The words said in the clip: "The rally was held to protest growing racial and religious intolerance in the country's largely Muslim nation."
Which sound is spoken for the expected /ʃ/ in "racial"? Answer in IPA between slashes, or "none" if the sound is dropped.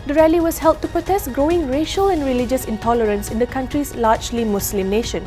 /ʃ/